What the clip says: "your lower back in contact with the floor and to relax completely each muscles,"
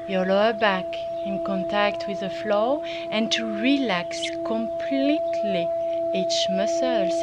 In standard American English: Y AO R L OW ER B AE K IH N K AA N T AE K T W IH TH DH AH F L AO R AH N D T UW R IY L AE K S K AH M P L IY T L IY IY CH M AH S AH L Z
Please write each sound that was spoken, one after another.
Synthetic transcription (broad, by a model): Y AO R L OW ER B AE K IH N K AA N T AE K T W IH DH AH F L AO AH N T UW R IY L AE K S K AH M P L IY T L IY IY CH M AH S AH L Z